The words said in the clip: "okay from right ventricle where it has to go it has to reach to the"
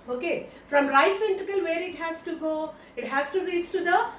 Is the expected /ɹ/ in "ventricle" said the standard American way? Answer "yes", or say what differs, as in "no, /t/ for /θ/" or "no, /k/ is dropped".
no, /ɹ/ is dropped